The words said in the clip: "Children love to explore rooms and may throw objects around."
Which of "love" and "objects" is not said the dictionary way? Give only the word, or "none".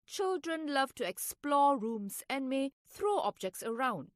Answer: none